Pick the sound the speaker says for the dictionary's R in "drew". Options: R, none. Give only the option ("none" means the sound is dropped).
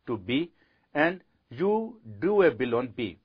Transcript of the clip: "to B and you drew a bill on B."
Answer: none